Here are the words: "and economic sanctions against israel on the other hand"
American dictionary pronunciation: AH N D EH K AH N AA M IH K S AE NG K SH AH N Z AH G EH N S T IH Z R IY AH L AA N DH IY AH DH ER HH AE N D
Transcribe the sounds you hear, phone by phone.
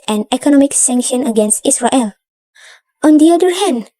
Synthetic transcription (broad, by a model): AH N EH K AH N AA M IH K S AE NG K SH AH N AH G EH N S T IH S R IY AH L AA N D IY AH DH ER HH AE N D